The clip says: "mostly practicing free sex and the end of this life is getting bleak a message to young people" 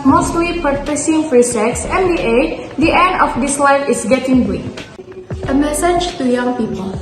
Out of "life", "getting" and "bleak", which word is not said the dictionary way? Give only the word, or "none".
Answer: bleak